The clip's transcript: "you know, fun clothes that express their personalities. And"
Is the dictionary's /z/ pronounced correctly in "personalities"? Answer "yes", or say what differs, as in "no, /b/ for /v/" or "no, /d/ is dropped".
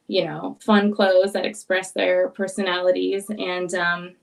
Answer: yes